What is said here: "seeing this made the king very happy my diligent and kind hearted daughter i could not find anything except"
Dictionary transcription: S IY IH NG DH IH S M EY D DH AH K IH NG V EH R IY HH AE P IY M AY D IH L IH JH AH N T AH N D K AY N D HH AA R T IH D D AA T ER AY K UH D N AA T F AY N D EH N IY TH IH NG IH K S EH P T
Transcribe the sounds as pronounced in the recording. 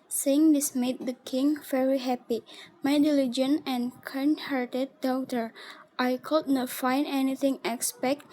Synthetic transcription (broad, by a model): S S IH NG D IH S M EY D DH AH K IH NG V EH R IY HH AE P IY M AY D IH L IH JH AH N AH N K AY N HH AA R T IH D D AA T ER AY K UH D N AA T F AY N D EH N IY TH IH NG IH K S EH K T